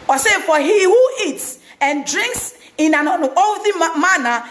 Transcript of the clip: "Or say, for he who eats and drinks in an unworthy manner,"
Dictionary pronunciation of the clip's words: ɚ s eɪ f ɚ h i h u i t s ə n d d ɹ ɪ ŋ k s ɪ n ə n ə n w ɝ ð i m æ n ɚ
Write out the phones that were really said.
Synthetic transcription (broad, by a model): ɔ s eɪ f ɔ h i h u i t s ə n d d ɹ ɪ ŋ k s ɪ n ə n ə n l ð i m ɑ n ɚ